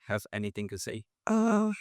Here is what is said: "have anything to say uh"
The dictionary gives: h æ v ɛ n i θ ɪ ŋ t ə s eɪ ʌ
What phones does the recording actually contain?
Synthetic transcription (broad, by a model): h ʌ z ɛ n i θ ɪ ŋ t ə s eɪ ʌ